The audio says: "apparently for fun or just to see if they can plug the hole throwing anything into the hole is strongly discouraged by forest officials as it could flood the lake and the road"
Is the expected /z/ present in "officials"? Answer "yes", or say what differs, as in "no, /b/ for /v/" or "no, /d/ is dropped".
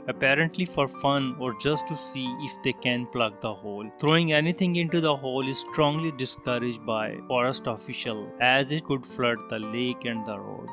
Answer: no, /z/ is dropped